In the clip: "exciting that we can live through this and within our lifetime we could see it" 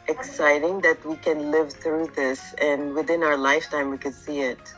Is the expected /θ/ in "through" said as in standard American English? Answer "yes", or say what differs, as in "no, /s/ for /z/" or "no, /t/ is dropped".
yes